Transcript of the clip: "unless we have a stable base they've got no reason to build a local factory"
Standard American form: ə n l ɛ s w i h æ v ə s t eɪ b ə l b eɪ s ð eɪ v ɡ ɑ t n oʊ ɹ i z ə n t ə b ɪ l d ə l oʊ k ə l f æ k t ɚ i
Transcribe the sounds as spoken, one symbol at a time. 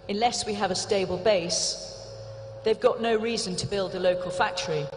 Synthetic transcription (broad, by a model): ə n l ɛ s w i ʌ v ə s t eɪ b ə l b eɪ s ð eɪ v ɡ ɑ t n oʊ ɹ i z ə n t ə b ɪ l d ə l oʊ k ə l f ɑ k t ɚ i